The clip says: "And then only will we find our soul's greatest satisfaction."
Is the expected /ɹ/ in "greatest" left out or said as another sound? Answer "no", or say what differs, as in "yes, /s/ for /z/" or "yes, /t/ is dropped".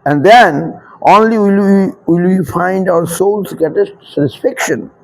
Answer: yes, /ɹ/ is dropped